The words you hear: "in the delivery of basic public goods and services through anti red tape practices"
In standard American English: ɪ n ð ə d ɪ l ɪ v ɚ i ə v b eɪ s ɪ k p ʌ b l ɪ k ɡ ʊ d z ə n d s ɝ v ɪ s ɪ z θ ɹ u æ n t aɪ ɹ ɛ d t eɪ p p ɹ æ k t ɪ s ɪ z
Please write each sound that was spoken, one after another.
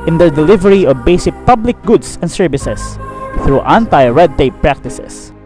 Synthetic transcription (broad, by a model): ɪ n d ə d ɪ l ɪ v ɚ i ə v b eɪ s ɪ k p ʌ b l ɪ k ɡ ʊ d s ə n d s ɝ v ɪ s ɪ s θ ɹ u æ n t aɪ ɹ ɛ d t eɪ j p ɹ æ k t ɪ s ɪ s